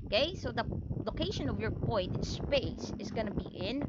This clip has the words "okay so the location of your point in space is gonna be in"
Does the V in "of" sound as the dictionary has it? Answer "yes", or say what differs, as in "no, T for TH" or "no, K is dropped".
yes